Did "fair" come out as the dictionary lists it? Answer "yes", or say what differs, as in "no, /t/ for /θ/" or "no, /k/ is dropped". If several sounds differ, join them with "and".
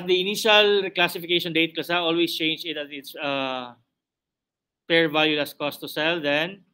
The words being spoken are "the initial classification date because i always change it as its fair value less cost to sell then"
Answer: no, /p/ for /f/